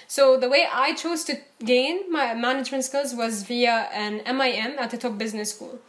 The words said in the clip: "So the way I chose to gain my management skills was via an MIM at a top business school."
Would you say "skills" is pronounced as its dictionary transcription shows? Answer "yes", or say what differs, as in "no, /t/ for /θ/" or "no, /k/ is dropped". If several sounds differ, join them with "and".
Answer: yes